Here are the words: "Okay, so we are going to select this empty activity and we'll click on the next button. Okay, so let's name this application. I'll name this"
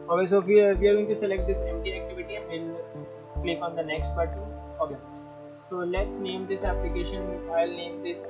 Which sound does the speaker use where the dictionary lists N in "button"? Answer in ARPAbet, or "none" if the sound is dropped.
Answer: none